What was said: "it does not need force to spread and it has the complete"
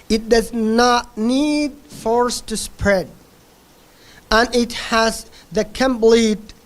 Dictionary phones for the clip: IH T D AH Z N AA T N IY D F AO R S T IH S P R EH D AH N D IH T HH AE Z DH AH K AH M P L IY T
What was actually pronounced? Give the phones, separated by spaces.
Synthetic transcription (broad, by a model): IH T D AH Z N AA T N IY D F AO R S T IH S P R EH D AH N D IH T HH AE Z DH AH K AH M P L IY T